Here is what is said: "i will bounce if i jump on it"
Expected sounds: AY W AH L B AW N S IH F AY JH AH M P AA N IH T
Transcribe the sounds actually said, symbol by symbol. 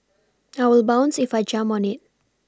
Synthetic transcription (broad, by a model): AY W AH L B AW N S IH F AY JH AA M AA N IH T